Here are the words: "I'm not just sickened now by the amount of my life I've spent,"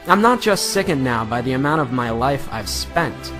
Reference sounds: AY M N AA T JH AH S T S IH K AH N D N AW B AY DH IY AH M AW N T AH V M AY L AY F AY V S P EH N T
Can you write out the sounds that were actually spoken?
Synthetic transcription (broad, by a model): AY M N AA T JH AH S T S IH K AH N N AW B AY DH IY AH M AW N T AH V M AY L AY F AY V S P EH N T